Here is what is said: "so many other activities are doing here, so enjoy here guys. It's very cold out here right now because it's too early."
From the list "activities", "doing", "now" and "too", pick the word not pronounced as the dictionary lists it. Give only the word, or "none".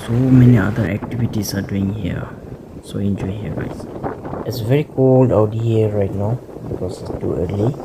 activities